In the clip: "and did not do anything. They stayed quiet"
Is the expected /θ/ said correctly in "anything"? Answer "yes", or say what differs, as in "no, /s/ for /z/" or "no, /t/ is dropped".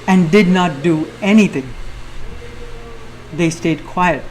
no, /t/ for /θ/